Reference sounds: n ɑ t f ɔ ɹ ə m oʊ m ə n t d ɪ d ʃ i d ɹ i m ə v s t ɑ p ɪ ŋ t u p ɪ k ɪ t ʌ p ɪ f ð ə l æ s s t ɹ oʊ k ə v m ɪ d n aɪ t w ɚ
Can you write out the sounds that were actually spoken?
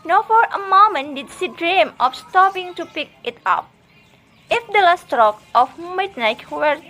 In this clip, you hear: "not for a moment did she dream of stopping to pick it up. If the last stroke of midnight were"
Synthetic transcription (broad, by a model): n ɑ f ɔ ɹ ə m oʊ m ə n d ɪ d s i d ɹ i m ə f s t ɑ p ɪ ŋ t u p ɪ k ɪ t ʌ p ɪ f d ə l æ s s t ɹ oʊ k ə f m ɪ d n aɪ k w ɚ